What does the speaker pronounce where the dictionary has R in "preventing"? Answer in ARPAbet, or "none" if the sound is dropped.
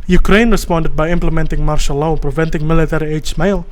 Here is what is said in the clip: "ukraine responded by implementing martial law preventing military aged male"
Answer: R